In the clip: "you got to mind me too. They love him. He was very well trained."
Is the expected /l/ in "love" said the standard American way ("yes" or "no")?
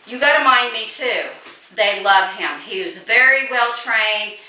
yes